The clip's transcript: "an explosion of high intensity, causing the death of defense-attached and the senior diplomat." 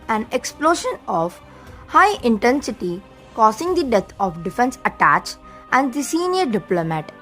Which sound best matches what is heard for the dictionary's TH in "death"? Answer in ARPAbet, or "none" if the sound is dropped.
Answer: T